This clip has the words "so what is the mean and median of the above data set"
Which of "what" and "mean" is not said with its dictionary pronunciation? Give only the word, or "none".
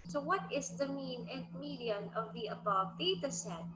none